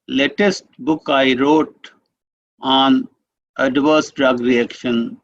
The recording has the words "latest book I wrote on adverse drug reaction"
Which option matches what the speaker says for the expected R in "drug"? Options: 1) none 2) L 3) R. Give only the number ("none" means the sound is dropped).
3